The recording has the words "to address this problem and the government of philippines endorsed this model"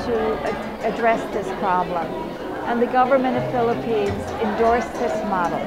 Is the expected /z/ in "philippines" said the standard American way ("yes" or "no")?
yes